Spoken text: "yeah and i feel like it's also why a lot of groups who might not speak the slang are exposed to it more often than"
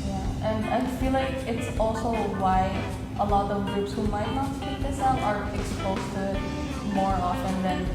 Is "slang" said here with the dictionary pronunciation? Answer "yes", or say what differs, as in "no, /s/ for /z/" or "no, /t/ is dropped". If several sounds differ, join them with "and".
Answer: no, /l/ is dropped